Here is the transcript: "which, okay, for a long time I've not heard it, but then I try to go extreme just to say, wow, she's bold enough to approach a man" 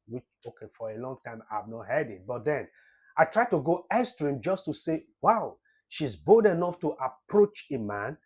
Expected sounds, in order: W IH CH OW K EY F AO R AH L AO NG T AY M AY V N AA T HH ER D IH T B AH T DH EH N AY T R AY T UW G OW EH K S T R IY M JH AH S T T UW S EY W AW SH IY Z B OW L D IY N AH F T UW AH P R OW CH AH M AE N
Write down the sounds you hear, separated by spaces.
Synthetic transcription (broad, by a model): W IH CH OW K EY F AO R AH L AO NG T AY M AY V N AA T HH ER D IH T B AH T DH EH N AY T R AY T UW G OW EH S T R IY M JH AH S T T UW S EY W AW SH IY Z B OW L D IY N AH F T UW AH P R OW CH AH M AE N